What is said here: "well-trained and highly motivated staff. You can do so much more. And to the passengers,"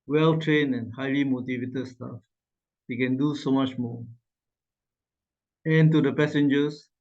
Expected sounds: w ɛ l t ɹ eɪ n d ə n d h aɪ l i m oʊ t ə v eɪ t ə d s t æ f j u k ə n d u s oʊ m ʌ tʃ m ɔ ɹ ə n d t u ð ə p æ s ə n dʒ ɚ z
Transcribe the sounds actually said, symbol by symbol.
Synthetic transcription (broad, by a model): w ɛ l t ɹ eɪ n ə n h aɪ l i m oʊ t ə v eɪ t ə d s t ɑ f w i k ə n d u s oʊ m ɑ tʃ m ɔ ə n t u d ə p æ s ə n dʒ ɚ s